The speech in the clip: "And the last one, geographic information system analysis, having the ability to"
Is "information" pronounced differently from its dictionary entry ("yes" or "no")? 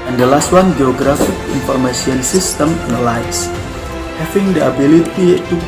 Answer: yes